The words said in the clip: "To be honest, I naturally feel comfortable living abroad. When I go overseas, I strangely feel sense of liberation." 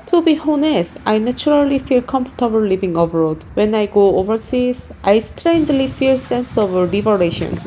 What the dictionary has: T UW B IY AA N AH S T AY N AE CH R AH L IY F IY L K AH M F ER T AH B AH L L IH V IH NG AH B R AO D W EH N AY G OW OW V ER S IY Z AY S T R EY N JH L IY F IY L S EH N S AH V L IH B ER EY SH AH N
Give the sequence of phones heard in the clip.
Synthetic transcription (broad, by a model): T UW B IY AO N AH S AY N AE CH R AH L IY F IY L K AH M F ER T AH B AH L L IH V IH NG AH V R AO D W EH N AY G OW OW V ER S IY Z AY S T R EY N JH L IY F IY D S EH N S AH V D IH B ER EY SH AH N